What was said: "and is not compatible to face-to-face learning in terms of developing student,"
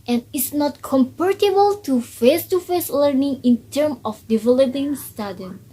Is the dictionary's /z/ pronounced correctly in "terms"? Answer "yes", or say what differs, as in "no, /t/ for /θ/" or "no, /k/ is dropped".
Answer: no, /z/ is dropped